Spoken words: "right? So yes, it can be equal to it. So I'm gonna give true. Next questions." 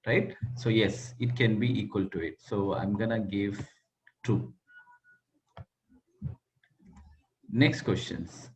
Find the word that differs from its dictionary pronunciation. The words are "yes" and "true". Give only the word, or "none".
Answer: true